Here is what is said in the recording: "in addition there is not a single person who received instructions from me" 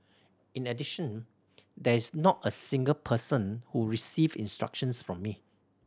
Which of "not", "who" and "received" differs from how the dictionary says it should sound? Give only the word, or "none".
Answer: received